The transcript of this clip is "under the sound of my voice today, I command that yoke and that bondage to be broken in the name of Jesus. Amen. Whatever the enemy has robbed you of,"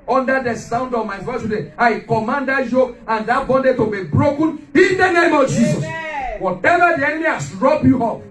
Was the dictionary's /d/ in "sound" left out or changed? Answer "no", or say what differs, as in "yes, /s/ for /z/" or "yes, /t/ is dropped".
no